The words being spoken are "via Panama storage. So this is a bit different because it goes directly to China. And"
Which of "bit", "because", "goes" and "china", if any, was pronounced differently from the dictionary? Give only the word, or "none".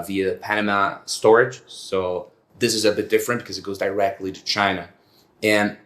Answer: none